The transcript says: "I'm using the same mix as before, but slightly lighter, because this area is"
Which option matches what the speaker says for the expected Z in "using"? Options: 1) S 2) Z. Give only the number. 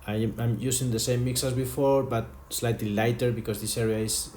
1